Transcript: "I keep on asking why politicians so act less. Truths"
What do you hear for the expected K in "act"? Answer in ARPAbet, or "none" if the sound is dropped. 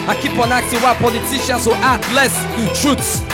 none